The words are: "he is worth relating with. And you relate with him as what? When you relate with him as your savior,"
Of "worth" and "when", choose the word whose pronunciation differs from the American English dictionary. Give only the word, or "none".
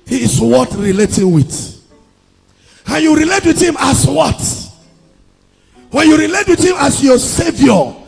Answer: worth